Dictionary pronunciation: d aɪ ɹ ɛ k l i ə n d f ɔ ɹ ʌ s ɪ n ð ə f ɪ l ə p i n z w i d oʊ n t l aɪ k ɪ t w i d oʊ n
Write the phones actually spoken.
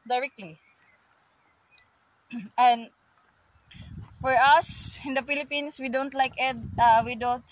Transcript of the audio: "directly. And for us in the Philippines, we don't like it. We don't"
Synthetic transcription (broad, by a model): d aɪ ɹ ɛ k l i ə n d f ɔ ɹ ʌ s ɪ n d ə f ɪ l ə p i n s w i d oʊ n t l aɪ k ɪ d w i d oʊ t